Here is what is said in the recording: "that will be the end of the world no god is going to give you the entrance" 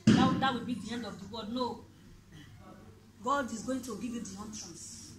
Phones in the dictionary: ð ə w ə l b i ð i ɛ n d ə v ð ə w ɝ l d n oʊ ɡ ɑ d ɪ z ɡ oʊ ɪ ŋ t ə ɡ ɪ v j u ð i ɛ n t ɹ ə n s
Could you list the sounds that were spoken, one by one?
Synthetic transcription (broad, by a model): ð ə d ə w b i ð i ɛ n d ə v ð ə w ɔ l d n oʊ ɡ ɑ d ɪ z ɡ oʊ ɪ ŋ t ə ɡ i v j u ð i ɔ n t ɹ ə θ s